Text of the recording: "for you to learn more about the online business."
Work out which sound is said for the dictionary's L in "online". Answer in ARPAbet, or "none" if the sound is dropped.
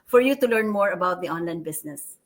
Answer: L